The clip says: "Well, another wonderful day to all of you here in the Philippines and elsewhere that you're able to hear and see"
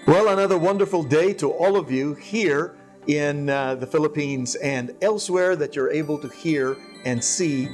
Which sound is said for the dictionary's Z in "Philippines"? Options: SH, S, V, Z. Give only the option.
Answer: Z